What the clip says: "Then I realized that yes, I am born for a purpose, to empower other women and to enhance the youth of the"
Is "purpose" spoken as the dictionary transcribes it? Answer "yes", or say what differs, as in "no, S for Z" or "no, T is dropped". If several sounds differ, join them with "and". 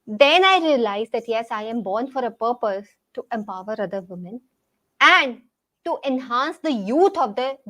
yes